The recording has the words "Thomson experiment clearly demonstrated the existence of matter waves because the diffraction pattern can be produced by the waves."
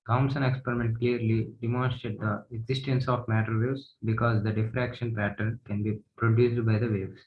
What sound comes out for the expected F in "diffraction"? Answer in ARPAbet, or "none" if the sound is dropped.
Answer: F